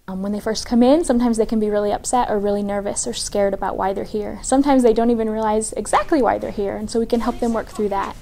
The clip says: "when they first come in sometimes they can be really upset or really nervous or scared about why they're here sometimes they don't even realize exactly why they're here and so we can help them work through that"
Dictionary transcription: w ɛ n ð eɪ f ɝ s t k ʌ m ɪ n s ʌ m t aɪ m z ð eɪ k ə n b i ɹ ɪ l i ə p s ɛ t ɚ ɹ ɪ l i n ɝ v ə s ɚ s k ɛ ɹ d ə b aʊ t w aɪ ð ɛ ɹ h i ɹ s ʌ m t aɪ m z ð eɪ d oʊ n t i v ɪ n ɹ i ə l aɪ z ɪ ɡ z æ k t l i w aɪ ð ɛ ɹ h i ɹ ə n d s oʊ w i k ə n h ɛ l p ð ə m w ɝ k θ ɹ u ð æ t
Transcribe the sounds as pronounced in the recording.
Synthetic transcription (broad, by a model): w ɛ n ð eɪ f ɝ s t k ʌ m ɪ n s ʌ m t aɪ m z ð eɪ k ə n b i ɹ ɪ l i ə p s ɛ t ɚ ɹ ɪ l i n ɝ v ə s ɚ s k ɛ ɹ d ə b aʊ t w aɪ ð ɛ ɹ h i ɹ s ʌ m t aɪ m z ð eɪ d oʊ n t i v ɪ n ɹ i ə l aɪ z ɪ ɡ z æ k t l i w aɪ ð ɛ ɹ h i ɹ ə n s oʊ w i k ə n h ɛ l p ð ə m w ɝ k θ ɹ u ð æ t